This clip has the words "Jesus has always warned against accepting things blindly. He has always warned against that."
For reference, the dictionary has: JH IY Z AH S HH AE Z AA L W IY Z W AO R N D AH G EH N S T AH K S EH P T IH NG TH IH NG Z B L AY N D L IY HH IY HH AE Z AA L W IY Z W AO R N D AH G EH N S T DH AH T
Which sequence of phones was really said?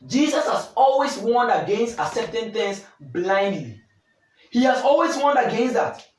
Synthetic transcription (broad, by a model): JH IY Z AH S HH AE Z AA L W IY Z W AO N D AH G EH N S T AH S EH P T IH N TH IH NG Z B L AY N D L IY HH IY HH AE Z AA L W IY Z W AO N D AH G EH N S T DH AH T